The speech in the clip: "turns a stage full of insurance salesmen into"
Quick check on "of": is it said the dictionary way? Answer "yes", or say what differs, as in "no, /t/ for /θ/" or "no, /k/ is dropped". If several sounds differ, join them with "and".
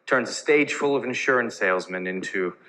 yes